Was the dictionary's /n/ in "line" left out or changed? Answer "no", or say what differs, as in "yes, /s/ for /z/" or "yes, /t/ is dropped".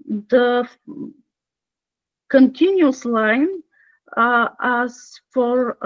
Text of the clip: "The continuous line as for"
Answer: no